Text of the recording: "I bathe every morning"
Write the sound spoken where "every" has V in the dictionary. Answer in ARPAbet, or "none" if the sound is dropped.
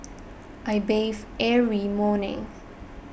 none